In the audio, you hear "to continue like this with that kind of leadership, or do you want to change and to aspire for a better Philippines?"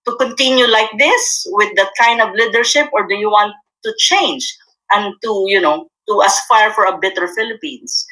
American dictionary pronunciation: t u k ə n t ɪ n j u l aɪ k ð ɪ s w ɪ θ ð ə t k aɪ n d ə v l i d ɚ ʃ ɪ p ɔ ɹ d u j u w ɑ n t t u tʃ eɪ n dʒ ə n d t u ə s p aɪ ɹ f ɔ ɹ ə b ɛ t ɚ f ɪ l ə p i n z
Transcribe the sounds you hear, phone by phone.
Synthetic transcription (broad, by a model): t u k ə n t ɪ n j u l aɪ k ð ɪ s w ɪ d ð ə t k aɪ n d ə v l i d ɚ ʃ ɪ p ɔ ɹ d u j u w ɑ n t t u tʃ eɪ n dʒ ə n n t u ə s f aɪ ɹ f ɔ ɹ ə b ɛ t ɚ f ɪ l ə p i n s